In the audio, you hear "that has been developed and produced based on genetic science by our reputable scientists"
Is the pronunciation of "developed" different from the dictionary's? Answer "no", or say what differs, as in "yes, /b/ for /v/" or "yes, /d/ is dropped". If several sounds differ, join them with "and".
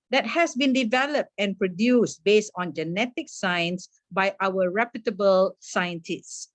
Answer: no